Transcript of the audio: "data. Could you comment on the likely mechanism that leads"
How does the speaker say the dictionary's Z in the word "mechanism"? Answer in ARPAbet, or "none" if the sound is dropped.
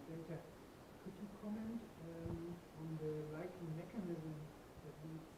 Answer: Z